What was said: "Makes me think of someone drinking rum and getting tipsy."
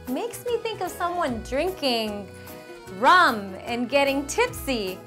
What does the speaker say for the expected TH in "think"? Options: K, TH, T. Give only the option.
TH